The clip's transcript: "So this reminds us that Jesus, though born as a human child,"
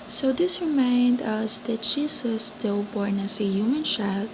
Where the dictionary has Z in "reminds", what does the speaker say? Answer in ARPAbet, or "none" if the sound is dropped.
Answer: none